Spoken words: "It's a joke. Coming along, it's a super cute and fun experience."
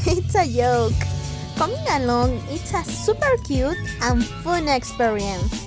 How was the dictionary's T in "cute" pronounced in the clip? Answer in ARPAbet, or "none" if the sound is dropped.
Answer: T